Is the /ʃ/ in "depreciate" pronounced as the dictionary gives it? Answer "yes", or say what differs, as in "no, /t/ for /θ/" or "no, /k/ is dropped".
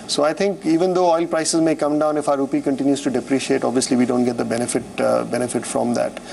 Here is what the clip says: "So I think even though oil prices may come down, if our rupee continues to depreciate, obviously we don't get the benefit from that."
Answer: yes